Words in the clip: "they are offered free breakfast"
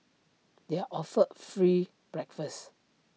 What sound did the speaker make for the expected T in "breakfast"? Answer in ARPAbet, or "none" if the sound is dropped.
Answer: none